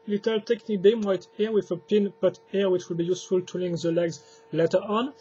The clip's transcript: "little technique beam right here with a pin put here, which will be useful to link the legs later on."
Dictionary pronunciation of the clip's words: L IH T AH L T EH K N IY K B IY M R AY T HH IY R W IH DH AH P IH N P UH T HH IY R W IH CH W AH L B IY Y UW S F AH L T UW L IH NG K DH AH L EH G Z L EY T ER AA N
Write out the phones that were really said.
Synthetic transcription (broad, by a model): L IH T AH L T EH K N IY K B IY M W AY T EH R W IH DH AH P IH N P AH T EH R W IH CH W AH L B IY Y UW S F AH L T UW L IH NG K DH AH L EH G Z L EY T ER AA N